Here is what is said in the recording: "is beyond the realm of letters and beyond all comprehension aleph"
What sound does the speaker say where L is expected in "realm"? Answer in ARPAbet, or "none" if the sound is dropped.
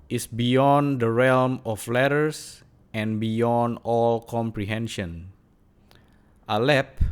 L